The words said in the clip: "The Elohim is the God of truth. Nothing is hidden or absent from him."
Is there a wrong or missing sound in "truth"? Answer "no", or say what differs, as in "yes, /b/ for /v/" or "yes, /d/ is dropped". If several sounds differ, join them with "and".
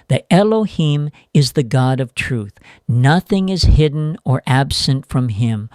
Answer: no